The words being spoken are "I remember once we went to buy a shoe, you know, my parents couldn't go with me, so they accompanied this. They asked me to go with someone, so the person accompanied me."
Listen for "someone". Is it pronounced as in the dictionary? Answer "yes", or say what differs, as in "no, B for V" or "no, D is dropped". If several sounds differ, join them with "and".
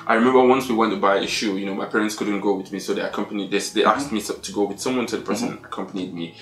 yes